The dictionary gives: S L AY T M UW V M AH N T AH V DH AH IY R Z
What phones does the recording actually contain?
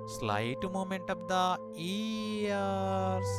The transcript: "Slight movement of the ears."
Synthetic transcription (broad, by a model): S L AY T M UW M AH N T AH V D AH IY R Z